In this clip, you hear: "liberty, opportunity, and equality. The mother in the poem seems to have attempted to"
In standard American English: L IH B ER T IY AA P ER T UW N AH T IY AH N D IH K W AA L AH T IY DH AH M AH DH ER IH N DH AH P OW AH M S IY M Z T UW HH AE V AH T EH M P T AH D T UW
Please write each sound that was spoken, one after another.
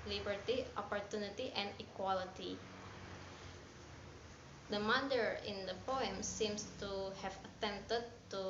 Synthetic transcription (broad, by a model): L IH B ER T IY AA P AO T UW N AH T IY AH N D IH K W AA L AH T IY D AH M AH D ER IH N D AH P OW AH M S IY M S T UW HH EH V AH T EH M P T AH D T UW